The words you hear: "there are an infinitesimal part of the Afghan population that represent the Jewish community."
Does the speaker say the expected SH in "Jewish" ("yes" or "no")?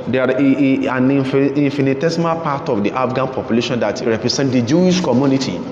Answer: yes